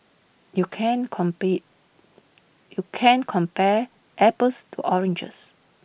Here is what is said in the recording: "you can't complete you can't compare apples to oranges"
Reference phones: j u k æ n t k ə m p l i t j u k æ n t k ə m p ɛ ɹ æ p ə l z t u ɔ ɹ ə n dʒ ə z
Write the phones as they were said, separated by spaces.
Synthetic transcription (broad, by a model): j u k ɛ n k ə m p i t j u k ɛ n k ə m p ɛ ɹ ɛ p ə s t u ɔ ɹ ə n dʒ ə s